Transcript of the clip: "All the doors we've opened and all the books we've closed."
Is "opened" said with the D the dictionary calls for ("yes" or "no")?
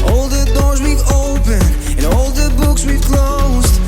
no